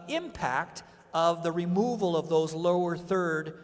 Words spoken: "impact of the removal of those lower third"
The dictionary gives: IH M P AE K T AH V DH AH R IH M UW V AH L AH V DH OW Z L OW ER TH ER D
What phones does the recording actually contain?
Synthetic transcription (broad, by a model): IH M P AE K T AH V DH AH R IH M UW V AH L AH V DH OW Z L OW ER TH ER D